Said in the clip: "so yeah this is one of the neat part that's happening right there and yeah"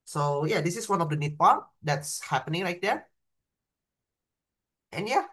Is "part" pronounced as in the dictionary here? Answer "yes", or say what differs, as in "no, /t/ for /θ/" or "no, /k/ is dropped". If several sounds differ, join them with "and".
yes